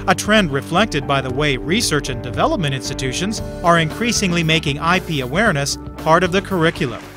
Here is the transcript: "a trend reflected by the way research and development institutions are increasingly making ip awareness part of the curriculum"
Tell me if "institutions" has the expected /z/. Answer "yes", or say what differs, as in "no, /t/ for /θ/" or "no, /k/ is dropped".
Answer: yes